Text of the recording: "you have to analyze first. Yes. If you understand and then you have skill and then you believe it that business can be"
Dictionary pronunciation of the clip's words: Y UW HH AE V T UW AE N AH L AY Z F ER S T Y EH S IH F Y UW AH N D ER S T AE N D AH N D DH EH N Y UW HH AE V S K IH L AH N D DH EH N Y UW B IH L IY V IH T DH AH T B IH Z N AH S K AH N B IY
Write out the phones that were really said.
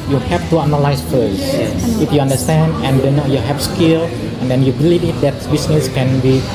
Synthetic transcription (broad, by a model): Y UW HH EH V T UW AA N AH L AY S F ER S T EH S IH F Y UW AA N D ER S T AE N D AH N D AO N Y UW HH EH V S K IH L AH N D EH N Y UW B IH L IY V IH T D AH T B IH S N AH S K AH N B IY